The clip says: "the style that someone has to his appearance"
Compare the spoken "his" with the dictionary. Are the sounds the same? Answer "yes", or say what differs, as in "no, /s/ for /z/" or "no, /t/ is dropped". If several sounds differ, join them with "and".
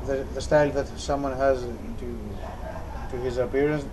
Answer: yes